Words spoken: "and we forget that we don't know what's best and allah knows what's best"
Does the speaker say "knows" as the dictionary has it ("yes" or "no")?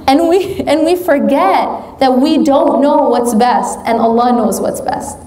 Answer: yes